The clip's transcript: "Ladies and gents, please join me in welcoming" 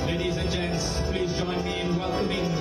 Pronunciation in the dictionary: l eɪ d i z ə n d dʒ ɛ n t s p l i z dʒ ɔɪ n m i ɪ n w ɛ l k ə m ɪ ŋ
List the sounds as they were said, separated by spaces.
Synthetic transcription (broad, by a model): l eɪ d i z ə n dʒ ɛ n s p l i z dʒ ɔɪ n m i ɪ n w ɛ l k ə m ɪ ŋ